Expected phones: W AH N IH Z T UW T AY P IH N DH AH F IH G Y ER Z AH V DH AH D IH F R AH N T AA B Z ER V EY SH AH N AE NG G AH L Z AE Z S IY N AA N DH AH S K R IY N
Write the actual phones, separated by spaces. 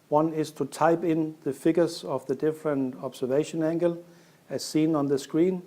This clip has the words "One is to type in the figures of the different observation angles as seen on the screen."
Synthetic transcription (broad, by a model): W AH N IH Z T UW T AY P IH N DH AH F IH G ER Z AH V DH AH D IH F R AH N T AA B S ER V EY SH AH N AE NG G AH L AE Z S IY N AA N DH AH S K R IY N